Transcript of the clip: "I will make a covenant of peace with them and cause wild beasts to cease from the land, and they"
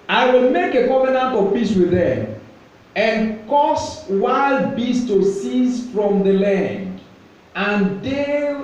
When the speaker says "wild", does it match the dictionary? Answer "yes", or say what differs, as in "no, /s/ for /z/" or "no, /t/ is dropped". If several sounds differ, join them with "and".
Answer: yes